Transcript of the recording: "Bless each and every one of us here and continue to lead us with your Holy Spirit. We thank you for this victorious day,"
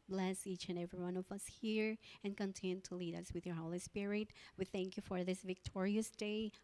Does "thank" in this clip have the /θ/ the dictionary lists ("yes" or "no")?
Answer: yes